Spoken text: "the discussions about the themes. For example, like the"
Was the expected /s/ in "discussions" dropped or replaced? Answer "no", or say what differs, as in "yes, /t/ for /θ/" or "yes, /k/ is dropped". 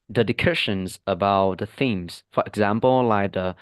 yes, /s/ is dropped